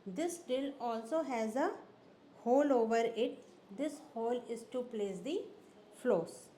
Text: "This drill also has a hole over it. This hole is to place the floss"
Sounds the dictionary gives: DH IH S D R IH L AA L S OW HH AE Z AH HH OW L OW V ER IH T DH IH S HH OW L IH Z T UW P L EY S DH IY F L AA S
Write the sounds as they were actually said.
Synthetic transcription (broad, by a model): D IH S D IH L AA L S OW HH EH Z AH HH OW L OW V ER IH T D IH S HH OW L IH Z T UW P L EY S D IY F L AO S